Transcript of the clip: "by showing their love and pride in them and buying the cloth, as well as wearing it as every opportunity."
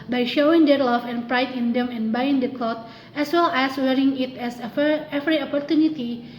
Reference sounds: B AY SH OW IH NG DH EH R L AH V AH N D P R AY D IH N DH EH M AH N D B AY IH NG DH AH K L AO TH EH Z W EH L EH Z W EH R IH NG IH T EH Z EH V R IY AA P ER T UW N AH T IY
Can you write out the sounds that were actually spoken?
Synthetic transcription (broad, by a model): B AY SH OW IH NG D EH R L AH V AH N P R AY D IH N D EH M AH N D B AY IH NG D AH K L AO T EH S W EH L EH S W EH R IH NG IH T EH S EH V R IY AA P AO T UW N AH T IY